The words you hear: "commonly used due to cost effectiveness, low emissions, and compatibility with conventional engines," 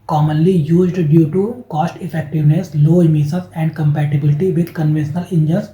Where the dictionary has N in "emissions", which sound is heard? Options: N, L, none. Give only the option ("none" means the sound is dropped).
none